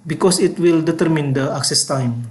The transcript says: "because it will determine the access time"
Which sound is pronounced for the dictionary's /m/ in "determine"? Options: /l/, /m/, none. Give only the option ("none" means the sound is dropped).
/m/